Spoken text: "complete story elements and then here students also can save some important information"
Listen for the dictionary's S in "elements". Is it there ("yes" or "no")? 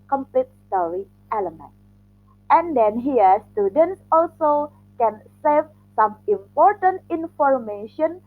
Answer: no